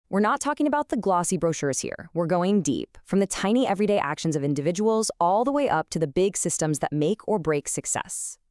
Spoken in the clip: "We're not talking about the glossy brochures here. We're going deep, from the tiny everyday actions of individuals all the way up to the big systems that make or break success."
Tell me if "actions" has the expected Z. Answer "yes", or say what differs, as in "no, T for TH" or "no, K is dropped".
yes